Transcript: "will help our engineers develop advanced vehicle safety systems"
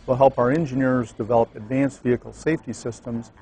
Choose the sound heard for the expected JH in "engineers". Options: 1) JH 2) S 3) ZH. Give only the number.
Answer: 1